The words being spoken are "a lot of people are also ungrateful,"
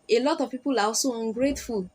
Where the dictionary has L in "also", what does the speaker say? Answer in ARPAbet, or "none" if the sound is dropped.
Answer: none